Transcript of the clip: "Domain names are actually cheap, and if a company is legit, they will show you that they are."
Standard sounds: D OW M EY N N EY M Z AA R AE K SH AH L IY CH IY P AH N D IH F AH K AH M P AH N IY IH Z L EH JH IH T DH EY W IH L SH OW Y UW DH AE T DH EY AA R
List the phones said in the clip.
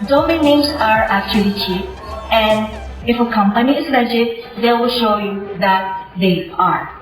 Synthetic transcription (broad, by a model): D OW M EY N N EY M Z AA R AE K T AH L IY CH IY AH N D IH F AH K AH M P AH N IY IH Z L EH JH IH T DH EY W IH L SH OW Y UW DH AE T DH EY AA R